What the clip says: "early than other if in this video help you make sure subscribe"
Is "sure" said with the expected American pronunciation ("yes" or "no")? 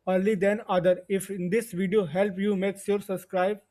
no